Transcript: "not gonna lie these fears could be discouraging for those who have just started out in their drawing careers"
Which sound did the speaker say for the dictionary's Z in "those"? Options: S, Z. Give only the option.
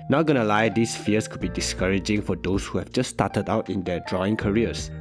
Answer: S